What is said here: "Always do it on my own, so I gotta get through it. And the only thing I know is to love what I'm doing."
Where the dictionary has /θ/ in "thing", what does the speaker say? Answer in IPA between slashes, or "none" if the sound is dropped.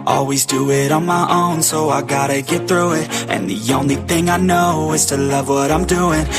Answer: /θ/